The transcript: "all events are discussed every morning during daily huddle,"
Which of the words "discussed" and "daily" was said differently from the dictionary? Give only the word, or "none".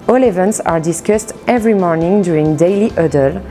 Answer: none